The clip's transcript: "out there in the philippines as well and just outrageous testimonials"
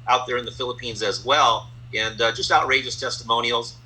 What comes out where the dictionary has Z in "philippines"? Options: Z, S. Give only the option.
Z